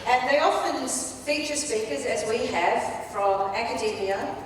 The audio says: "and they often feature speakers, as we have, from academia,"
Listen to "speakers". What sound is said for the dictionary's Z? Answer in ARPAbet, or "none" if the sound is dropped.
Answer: Z